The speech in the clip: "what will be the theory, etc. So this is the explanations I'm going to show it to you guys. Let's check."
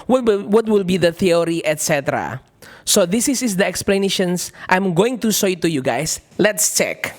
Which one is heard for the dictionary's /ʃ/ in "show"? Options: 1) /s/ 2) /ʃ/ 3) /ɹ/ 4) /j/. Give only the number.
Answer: 1